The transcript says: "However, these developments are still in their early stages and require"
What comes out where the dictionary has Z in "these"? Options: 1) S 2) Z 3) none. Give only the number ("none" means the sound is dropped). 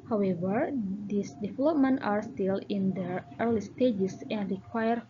1